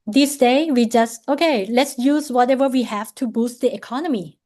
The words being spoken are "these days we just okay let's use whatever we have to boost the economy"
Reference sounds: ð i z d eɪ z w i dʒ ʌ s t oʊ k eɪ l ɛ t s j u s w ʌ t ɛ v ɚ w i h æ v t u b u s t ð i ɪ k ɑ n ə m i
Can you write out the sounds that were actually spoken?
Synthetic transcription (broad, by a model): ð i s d eɪ w i dʒ ʌ s t oʊ k eɪ l ɛ t s j u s w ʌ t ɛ v ɚ w i h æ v t u b u s t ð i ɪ k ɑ n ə m i